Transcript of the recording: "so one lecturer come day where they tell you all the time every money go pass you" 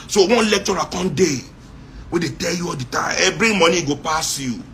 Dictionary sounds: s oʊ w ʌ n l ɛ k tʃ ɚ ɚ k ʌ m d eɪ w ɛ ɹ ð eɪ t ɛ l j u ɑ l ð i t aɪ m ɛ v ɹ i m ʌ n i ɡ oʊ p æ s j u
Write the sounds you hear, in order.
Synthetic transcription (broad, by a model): s oʊ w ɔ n l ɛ k tʃ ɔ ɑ k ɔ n d eɪ w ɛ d eɪ t ɛ l j u ɑ l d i t aɪ m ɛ b ɹ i m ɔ n i ɡ oʊ p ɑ s j u